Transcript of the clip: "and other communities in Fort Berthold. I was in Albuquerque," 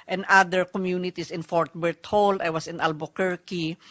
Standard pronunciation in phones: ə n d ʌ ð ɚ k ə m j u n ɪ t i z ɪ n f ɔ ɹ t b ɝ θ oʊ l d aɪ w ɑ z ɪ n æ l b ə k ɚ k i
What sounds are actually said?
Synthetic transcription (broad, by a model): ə n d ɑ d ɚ k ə m j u n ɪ t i s ɪ n f ɔ ɹ t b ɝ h oʊ l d aɪ w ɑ s ɪ n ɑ l b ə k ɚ k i